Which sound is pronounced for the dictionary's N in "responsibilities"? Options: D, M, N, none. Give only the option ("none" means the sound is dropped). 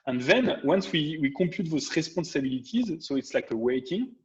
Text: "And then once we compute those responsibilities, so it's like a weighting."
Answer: none